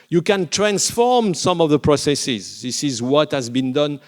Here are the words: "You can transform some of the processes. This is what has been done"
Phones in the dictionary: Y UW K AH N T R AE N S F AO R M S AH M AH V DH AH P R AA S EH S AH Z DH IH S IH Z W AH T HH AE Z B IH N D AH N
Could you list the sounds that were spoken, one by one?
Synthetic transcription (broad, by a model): Y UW K AH N T R AE N S F AO R M S AH M AH V DH AH P R AA S EH S AH Z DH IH S IH Z W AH T HH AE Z B IH N D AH N